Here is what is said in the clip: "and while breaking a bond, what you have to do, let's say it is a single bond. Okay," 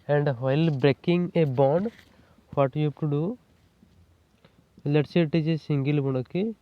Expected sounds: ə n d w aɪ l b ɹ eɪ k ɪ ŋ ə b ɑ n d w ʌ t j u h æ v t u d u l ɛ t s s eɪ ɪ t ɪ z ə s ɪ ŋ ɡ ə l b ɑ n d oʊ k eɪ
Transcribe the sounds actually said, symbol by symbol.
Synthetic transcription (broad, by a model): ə n d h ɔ l b ɹ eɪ k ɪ ŋ ə b ɑ n d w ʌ t j u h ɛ p t u d u l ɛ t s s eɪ t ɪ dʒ ə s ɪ ŋ ɡ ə l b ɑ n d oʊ k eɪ